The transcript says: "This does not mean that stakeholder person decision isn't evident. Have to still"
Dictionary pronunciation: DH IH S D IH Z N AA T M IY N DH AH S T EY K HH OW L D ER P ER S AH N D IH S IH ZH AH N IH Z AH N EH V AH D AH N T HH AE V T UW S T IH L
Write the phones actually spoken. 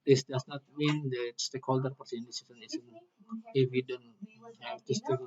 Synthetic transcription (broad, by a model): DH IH S D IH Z N AA T M IY N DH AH S T EY K HH OW L D ER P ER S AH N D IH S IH S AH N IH S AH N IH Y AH D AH N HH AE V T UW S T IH